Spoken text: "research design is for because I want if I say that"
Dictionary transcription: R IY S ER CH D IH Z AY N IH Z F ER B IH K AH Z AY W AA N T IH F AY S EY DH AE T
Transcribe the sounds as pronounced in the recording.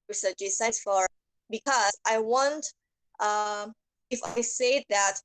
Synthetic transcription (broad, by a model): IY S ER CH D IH S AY IH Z F ER B IH K AH Z AY W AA N T IH F AY S EY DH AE T